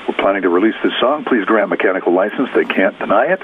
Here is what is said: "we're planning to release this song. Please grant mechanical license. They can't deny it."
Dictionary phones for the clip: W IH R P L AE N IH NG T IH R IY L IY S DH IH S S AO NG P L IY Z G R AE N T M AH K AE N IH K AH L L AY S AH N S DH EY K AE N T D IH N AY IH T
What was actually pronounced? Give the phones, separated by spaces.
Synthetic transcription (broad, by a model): W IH R P L AE N IH NG T IH R IY L IY S DH IH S S AO NG P L IY Z G R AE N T M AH K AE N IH K L L AY S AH N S DH EY K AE N D IH N AY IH T